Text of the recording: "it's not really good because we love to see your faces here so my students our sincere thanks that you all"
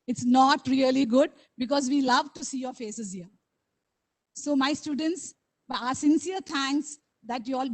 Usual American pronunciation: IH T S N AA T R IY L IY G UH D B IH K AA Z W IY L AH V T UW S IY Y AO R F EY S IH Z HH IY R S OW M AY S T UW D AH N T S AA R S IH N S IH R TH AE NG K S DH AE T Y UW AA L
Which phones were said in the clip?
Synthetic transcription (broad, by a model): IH T S N AA T R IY L IY G UH D B IH K AA Z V IY L AH V T UW S IY Y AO R F EY S IH Z HH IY R S OW M AY S T UW D AH N T S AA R S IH N S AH R T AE NG K S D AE T Y UW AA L